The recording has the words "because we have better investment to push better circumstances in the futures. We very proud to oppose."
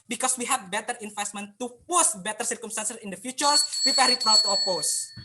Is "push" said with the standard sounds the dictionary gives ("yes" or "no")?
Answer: no